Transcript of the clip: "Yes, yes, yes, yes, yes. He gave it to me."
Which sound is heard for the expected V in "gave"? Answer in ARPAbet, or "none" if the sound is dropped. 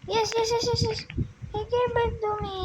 B